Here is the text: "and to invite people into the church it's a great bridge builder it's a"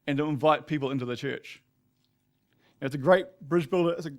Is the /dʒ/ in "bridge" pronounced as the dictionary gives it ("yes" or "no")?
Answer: yes